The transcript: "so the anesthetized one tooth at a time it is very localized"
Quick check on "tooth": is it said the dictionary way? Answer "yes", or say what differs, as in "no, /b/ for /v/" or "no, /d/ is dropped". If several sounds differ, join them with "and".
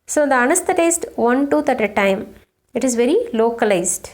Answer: no, /t/ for /θ/